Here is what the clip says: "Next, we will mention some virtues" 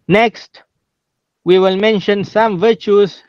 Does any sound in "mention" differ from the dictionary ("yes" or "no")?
no